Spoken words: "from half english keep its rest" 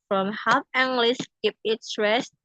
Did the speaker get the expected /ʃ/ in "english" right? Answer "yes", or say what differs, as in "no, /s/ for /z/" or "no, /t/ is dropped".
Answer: no, /s/ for /ʃ/